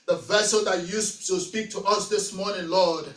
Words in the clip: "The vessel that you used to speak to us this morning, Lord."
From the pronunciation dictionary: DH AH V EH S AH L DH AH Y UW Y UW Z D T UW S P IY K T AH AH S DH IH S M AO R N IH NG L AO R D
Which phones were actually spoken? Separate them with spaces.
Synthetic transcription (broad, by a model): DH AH V EH S AH L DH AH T Y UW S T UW S P IY K T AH AH S DH IH S M AO R N IH NG L AO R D